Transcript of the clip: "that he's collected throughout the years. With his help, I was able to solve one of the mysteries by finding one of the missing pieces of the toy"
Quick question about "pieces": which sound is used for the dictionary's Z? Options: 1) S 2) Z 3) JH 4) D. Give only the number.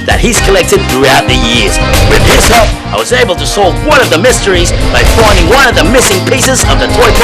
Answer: 2